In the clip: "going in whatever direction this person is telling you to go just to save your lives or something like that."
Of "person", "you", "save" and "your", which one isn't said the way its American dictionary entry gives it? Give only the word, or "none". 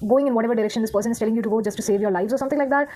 none